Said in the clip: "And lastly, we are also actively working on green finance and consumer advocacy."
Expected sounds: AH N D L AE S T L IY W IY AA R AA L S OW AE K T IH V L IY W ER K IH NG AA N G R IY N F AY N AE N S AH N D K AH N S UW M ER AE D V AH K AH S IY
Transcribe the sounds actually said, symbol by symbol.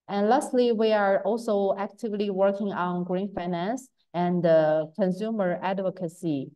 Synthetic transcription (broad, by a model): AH N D L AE S T L IY W IY AA R AA L S OW AE K T IH V L IY W ER K IH NG AA N G R IY N F AY N AE N S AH N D K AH N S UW M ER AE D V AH K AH S IY